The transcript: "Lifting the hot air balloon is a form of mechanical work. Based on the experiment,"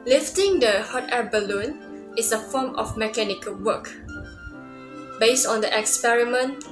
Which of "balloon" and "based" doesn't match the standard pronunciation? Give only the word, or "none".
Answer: none